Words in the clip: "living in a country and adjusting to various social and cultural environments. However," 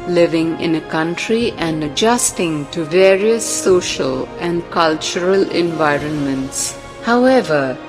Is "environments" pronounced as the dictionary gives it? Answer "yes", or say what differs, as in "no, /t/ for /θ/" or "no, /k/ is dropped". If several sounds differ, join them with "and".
yes